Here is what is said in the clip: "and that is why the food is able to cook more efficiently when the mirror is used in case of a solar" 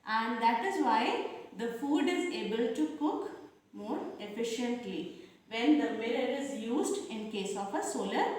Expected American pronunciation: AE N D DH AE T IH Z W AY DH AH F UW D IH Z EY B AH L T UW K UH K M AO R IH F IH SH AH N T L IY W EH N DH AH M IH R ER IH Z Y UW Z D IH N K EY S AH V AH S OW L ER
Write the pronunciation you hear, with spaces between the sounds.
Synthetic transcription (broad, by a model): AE N D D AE T IH Z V AY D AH F UW D IH Z EY B AH L T UW K UH K M AO R IH F IH SH AH N T L IY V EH N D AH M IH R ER IH Z Y UW Z D IH N K EY S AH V AH S OW L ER